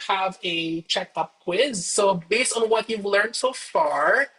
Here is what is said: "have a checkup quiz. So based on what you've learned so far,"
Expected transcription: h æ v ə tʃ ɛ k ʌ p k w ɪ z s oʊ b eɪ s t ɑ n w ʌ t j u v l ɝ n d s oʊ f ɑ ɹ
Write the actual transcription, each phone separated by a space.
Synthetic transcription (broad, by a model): h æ v ə tʃ ɛ k ʌ p k w ɪ z s oʊ b eɪ s t ɑ n w ʌ t j u v l ɝ n d s oʊ f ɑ ɹ